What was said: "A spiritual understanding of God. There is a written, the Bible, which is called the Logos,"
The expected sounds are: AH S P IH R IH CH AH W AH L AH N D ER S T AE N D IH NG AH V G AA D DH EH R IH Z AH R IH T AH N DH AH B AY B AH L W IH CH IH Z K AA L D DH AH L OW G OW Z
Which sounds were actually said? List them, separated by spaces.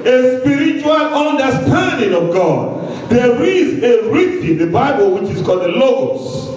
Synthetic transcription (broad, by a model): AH S P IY R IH CH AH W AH L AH N D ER S T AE N D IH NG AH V G AA D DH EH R IH Z AH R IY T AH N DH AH B AY B AH L W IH CH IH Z K AA L D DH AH L OW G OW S